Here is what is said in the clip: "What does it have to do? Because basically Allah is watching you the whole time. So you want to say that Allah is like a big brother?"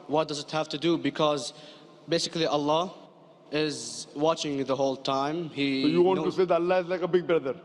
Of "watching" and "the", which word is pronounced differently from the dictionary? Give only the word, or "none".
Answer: none